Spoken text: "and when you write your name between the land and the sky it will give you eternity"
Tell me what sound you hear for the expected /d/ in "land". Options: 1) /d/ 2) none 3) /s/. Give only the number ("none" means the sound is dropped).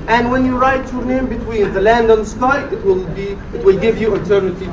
1